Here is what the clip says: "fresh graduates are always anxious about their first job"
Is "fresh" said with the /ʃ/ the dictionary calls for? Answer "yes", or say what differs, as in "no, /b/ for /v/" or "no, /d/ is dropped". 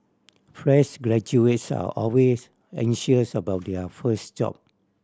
no, /s/ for /ʃ/